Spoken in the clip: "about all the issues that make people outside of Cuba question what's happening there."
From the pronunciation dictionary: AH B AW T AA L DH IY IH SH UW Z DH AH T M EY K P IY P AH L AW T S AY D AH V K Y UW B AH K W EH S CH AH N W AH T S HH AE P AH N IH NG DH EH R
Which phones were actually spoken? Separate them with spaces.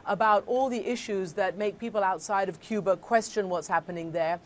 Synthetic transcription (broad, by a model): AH B AW T AA L DH IY IH SH UW Z DH AH T M EY K P IY P AH L AW T S AY D AH V K Y UW B AH K W EH S CH AH N W AH T S HH AE P AH N IH NG DH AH R